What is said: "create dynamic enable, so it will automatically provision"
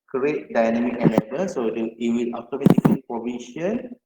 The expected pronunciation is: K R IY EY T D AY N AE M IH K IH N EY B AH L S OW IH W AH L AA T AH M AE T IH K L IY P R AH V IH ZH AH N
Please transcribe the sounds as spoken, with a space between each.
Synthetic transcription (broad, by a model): K R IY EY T D AY N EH M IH K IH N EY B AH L S OW IH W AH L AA T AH M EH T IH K IY P R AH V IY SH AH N